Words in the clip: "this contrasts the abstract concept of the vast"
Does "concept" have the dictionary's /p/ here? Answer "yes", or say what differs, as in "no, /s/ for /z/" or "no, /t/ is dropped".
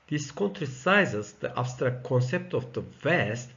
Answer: yes